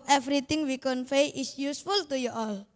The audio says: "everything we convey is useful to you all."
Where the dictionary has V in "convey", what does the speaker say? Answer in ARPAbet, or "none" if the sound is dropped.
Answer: F